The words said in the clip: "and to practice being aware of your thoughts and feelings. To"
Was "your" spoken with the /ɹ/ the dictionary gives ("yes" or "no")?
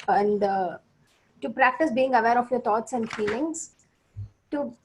yes